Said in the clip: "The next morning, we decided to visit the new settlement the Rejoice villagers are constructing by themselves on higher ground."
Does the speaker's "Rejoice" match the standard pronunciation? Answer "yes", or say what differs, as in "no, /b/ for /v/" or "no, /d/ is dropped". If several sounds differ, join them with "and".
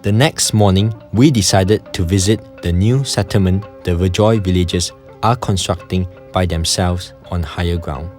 no, /s/ is dropped